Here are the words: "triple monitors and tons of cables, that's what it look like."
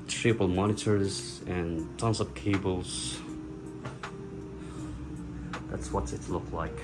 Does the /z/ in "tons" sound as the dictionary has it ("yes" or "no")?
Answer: no